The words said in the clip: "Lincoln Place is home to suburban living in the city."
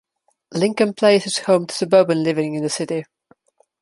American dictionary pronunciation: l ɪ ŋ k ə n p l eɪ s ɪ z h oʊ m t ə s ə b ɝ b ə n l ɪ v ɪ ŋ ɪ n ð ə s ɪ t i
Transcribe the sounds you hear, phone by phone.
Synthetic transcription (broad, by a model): l ɪ ŋ k ə n p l eɪ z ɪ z h oʊ m t ə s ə b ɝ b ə n l ɪ v ɪ ŋ ɪ n ð ə s ɪ t i